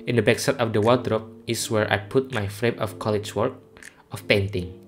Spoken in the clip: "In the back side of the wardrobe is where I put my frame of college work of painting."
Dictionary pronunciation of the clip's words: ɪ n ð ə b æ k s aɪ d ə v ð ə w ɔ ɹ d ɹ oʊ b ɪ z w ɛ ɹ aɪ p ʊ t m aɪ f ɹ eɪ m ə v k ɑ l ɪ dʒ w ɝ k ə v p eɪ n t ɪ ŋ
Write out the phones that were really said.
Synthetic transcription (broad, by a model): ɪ n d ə b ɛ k s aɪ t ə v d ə w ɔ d ɹ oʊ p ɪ s w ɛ ɹ aɪ p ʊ t m aɪ f ɹ eɪ m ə f k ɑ l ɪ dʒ w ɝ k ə f p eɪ n t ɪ ŋ